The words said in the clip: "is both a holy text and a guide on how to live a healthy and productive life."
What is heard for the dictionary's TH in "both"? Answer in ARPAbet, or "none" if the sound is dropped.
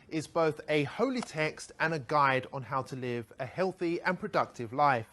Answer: TH